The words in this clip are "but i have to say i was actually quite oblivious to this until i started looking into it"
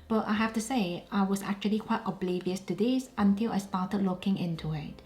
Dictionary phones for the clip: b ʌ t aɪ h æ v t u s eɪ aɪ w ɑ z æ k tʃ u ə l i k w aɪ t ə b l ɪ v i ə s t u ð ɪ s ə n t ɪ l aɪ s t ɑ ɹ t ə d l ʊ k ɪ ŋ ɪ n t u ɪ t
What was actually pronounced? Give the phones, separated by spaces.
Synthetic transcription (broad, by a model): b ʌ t aɪ h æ f t u s eɪ aɪ w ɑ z æ k tʃ u ə l i k w aɪ t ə b l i v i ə s t u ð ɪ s ə n t ɪ l aɪ s t ɑ t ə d l ʊ k ɪ ŋ ɪ n t u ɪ t